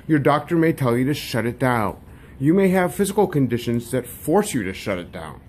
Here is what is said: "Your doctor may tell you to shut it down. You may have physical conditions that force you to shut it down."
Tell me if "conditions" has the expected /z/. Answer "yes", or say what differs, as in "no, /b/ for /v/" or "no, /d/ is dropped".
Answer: yes